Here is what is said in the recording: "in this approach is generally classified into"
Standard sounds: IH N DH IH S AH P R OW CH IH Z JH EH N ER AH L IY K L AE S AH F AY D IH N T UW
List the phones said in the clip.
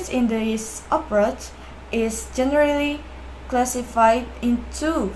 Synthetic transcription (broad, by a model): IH N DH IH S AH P R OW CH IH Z JH EH N ER AH L IY K L AE S AH F AY D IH N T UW